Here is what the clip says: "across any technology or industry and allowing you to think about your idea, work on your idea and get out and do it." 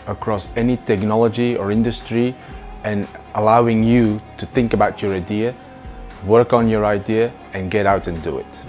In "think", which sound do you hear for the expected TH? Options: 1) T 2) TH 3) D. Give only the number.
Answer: 2